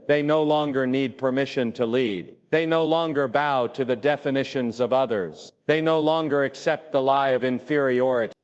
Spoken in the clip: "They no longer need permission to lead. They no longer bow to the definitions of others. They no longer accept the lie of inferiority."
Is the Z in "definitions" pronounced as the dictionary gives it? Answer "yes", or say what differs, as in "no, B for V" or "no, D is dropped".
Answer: yes